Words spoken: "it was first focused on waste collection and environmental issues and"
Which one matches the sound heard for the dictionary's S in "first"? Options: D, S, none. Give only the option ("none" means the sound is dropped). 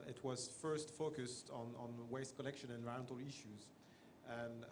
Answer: S